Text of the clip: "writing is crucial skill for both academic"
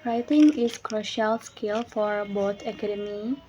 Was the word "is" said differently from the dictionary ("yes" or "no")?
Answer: yes